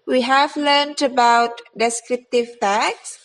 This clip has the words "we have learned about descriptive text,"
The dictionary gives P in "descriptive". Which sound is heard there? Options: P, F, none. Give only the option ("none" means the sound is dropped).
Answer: P